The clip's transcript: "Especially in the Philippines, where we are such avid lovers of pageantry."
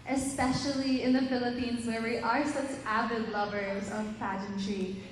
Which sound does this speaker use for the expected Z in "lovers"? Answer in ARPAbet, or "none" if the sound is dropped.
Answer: Z